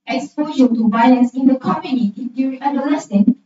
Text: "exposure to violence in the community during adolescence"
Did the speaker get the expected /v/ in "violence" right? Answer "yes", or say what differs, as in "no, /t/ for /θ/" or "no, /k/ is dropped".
no, /b/ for /v/